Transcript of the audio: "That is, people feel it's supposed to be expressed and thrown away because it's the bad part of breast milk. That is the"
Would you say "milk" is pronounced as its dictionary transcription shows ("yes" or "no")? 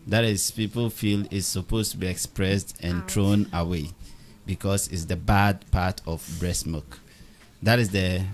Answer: no